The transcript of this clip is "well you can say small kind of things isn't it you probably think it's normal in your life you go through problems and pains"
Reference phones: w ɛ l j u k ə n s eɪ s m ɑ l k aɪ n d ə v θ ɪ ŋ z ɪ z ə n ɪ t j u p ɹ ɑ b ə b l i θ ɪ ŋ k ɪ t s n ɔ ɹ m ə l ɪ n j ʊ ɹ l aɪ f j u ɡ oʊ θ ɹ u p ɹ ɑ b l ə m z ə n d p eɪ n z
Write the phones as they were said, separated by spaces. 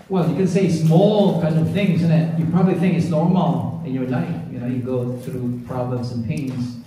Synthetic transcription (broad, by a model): w ɛ l j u k ə n s eɪ s m ɑ l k aɪ n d ə v θ ɪ ŋ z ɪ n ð ɪ t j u p ɹ ɑ b ə b l i θ ɪ ŋ k ɪ t s n ɔ ɹ m ə l ɪ n j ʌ ɹ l aɪ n j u ɡ oʊ θ ɹ u p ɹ ɑ b l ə m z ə n p eɪ n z